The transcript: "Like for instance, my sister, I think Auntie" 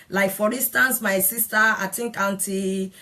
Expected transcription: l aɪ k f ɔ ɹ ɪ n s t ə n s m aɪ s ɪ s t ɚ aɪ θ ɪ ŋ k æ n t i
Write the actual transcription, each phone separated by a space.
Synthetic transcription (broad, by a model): l aɪ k f ɔ ɹ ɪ n s t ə n s m aɪ s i s t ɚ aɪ t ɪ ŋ k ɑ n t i